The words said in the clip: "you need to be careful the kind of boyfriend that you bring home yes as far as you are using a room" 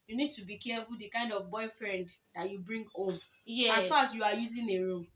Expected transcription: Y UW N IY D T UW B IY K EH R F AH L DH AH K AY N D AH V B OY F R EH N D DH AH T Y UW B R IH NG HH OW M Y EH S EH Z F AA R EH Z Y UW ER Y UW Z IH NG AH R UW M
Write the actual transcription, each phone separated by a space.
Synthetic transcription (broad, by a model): Y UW N IY D T UW B IY K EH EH F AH L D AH K AY N D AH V B OY F R EH N D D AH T Y UW B R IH NG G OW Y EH AA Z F AA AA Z Y UW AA Y UW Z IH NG AH R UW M